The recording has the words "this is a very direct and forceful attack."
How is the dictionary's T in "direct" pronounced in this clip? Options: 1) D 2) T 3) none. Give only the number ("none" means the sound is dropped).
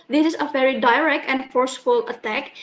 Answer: 2